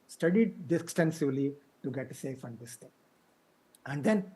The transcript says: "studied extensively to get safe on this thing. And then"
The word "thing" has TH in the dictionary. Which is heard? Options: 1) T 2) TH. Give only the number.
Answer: 1